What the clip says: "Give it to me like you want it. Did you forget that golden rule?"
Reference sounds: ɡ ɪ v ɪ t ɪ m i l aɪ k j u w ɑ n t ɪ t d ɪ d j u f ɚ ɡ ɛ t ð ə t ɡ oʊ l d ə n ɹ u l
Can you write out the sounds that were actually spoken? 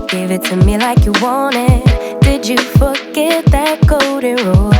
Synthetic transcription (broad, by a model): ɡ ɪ v ɪ t ɪ m i l aɪ k j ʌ w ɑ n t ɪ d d ɪ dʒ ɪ f ɚ ɡ ɛ t ð ə t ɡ oʊ d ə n ɹ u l